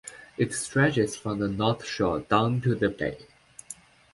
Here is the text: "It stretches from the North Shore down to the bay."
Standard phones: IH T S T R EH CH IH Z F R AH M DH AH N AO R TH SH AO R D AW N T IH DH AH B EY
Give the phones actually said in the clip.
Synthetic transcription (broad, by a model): IH T S T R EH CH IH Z F R AH M DH AH N AO R TH SH AO R D AW N T IH DH AH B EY